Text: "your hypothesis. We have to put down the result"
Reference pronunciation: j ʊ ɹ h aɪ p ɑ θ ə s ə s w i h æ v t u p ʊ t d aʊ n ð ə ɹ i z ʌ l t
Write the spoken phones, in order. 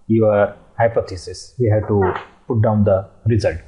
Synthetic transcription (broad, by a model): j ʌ ɹ h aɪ p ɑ t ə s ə s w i h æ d t u p ʊ t d aʊ n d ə ɹ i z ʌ l t